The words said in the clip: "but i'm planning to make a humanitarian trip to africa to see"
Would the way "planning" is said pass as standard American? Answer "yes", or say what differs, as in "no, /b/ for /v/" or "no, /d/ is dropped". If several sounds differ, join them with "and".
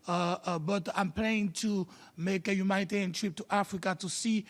no, /n/ is dropped